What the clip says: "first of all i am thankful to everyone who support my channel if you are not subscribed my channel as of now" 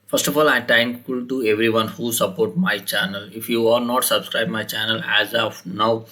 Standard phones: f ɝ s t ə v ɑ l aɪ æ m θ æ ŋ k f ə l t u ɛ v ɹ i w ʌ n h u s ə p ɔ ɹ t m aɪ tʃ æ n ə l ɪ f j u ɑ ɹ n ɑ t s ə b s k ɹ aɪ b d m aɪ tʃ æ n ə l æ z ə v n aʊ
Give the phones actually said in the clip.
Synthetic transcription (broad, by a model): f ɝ s t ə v ɑ l aɪ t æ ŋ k ə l t u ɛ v ɹ i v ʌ n h u s ə p ɔ ɹ t m aɪ tʃ æ n ə l ɪ f j u ɑ ɹ n ɑ t s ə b s k ɹ aɪ b m aɪ tʃ æ n ə l æ z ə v n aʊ